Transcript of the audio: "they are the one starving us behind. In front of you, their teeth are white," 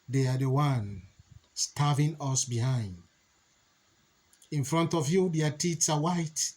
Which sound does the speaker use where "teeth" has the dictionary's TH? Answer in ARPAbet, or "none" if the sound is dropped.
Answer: S